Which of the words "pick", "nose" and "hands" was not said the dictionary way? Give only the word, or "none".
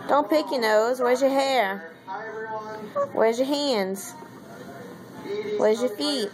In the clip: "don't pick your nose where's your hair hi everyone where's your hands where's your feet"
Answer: none